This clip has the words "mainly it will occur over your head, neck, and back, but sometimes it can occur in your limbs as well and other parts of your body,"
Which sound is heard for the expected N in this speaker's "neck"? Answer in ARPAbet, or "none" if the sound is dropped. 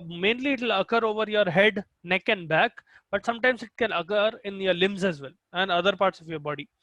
N